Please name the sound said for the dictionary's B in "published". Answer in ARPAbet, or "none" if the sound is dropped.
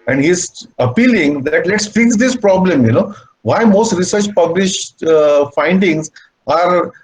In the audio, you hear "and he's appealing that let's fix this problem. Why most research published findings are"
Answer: B